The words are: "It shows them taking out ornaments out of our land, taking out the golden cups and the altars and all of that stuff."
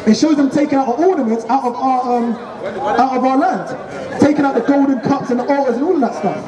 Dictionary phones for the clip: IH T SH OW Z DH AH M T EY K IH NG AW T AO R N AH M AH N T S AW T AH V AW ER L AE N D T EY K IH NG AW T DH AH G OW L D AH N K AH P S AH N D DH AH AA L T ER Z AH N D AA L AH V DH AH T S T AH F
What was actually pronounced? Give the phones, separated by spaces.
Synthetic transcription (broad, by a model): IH T SH OW Z DH AH M T EY K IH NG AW T AO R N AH M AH N T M AW T AH V AW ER L AE N D T EY K IH NG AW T DH AH G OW L D N K AH P S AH N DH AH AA T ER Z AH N AA L AH V DH AH T S T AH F